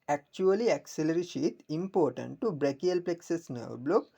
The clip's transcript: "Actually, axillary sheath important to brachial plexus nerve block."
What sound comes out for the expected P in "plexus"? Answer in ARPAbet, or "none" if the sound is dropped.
P